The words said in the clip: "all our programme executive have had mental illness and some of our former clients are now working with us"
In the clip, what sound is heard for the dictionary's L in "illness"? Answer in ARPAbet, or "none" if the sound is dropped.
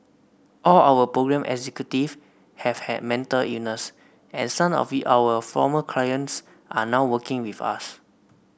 none